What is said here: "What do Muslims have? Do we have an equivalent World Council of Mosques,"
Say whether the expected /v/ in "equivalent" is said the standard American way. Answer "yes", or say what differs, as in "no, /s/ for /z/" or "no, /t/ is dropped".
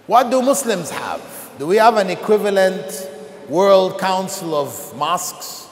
yes